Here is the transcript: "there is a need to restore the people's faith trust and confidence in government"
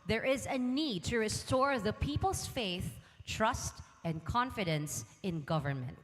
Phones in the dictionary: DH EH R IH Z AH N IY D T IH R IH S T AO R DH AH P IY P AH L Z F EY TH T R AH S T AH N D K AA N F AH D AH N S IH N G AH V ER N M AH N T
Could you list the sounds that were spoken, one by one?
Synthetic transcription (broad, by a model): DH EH R IH Z AH N IY D T IH R IH S T AO R DH AH P IY P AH L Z F EY TH T R AH S T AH N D K AA N F AH D AH N S IH N G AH V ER N M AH N T